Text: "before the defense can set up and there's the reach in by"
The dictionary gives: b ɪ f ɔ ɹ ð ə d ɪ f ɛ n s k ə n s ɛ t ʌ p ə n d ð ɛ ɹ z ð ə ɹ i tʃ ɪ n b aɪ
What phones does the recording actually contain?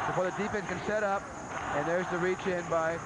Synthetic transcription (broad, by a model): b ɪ f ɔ ɹ ð ə d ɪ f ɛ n k ə n s ɛ t ʌ p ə n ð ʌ ɹ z ð ə ɹ i tʃ ɪ n b aɪ